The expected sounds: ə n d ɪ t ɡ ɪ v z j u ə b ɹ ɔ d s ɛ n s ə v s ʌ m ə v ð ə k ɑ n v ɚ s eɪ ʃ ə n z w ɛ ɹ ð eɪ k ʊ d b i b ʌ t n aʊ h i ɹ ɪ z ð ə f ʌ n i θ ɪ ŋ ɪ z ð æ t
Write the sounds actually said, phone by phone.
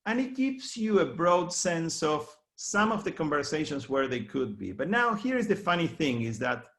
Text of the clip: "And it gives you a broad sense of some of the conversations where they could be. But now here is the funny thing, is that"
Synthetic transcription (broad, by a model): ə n ɪ t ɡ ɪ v s j u ə b ɹ ɔ d s ɛ n s ə v s ʌ m ə v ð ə k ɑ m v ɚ s eɪ ʃ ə n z w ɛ ɹ ð eɪ k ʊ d b i b ʌ t n aʊ h i ɹ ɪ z ð ə f ʌ n i θ ɪ ŋ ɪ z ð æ t